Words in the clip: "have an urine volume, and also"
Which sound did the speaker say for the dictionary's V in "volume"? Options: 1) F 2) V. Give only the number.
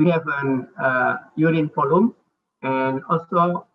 1